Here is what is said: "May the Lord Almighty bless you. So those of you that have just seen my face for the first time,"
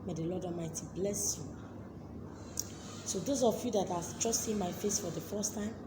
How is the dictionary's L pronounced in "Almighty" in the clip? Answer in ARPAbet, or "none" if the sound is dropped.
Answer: none